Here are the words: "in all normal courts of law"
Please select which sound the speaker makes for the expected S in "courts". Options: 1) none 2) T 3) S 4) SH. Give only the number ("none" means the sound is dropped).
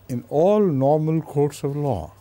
3